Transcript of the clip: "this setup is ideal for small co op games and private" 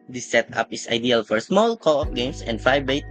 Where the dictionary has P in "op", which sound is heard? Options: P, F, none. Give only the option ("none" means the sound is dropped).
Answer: F